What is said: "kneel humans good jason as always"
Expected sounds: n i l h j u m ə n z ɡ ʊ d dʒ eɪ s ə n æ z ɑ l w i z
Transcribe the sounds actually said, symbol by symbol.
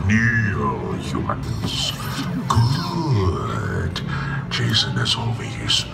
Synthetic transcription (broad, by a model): n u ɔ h j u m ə n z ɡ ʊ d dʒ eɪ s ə n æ s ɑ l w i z